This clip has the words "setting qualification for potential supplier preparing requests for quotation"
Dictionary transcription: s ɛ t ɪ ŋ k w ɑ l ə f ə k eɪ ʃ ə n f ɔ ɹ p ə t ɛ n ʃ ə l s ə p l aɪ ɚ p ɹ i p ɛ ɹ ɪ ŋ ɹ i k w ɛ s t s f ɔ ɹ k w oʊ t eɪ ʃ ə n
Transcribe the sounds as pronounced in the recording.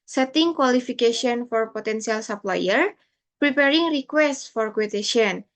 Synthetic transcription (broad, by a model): s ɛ t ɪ ŋ k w ɑ l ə f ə k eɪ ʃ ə n f ɔ ɹ p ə t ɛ n s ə l s ə p l aɪ ɚ p ɹ i p ɛ ɹ ɪ ŋ ɹ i k w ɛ s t f ɔ ɹ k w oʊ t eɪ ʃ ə n